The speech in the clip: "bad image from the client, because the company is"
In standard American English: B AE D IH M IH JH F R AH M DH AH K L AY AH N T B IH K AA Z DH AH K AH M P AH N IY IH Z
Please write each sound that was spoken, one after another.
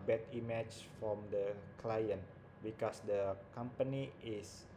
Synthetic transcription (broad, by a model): B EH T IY M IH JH F R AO M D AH K L AY AH N T B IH K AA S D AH K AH M P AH N IY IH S